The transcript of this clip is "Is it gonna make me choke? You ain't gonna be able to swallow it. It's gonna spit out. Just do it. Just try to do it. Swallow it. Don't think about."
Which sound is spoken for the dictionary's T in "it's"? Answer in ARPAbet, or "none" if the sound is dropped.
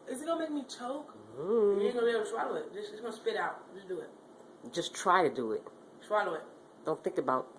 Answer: S